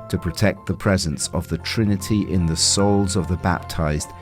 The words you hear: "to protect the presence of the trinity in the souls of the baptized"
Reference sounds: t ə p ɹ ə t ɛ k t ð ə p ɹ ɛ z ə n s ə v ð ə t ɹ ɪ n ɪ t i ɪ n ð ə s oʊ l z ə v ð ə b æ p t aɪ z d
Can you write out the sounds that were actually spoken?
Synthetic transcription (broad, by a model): t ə p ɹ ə t ɛ k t ð ə p ɹ ɛ z ə n s ə v ð ə t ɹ ɪ n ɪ t i ɪ n ð ə s oʊ l z ə v ð ə b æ p t aɪ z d